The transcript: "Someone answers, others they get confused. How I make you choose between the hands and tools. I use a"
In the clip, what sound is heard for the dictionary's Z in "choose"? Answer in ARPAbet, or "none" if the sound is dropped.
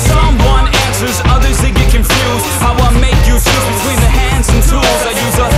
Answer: none